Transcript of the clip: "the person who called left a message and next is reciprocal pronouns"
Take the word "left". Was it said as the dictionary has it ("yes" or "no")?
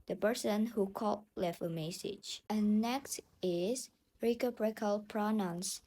no